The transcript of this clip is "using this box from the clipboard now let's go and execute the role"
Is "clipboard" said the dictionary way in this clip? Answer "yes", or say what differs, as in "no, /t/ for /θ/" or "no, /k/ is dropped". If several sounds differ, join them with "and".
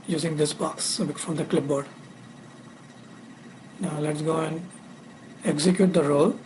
yes